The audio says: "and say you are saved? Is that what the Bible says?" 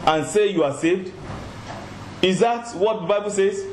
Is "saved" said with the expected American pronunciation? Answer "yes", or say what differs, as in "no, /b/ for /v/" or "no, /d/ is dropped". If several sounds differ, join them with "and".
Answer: yes